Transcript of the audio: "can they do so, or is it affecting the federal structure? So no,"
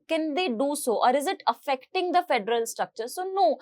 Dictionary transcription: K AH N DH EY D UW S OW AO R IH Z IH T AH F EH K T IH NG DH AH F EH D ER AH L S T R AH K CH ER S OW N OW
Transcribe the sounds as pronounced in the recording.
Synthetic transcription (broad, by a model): K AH N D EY D UW S OW AO R IH Z IH T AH F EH K T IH NG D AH F EH D ER AH L S T R AH K CH ER S OW N OW